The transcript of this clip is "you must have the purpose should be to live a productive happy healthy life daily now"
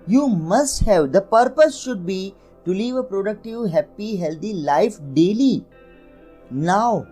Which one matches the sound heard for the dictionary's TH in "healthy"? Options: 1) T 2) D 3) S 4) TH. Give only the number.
1